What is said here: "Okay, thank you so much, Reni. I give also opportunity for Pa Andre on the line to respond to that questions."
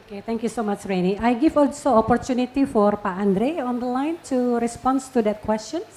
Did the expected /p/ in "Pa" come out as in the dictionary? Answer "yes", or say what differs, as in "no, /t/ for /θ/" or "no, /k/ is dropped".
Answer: yes